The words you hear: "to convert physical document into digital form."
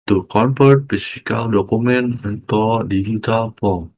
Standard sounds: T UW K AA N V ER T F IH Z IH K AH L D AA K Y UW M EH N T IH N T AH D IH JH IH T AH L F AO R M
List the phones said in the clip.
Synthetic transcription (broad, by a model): T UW K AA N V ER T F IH S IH K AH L D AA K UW M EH N IH N T AH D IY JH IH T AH L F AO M